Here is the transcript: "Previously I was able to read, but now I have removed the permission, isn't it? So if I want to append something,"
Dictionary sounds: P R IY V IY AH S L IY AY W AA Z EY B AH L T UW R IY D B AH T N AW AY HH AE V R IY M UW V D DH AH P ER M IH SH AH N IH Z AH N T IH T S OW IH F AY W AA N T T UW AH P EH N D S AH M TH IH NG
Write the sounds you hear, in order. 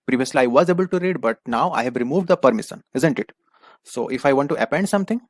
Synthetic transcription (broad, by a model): P R IY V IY AH S L IY AY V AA Z EY B AH L T UW R IY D B AH T N AW AY HH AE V R IY M UW V D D AH P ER M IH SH AH N IH Z AH N T IH T S OW IH F AY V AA N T T UW AH P EH N D S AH M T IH NG